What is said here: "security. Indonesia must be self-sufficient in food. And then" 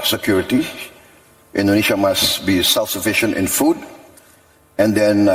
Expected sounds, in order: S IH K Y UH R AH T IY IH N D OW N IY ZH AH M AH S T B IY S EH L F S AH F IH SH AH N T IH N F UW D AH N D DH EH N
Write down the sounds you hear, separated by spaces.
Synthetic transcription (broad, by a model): S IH K Y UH R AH T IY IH N D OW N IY SH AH M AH S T B IY S EH L F S AH F IH SH AH N T IH N F UW D AH N D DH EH N